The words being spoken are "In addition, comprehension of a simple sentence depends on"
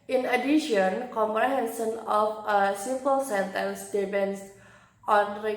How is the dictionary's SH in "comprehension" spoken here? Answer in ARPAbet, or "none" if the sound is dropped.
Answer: S